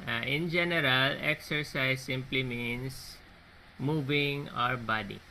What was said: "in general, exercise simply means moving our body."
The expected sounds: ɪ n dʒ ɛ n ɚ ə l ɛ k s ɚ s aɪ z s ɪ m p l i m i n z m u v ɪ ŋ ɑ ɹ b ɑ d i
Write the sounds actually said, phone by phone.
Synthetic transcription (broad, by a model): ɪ n dʒ ɛ n ɚ ə l ɛ k s ɚ s aɪ z s ɪ m p l i m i n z m u v ɪ ŋ ɑ ɹ b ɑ d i